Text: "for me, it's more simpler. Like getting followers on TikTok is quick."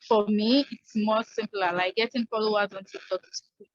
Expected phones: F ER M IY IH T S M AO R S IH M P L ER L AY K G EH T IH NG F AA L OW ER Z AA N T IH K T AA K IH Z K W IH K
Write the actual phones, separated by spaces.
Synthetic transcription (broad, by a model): F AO M IY IH T S M AO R S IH M P L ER L AY K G EH T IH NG F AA L OW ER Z AA N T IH T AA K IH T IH